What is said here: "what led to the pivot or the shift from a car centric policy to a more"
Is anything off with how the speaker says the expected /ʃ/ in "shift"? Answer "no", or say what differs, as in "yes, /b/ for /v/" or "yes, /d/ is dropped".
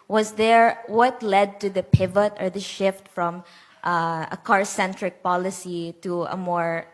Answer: no